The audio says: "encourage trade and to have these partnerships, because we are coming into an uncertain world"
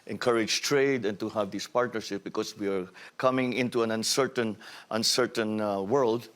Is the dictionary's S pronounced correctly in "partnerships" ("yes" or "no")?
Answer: no